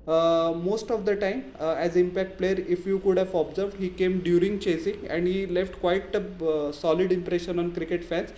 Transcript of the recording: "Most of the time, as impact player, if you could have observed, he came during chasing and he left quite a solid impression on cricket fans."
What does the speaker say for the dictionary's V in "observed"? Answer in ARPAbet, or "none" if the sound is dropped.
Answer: V